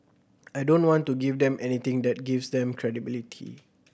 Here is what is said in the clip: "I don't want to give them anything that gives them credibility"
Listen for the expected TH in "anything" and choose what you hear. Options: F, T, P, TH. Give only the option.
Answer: T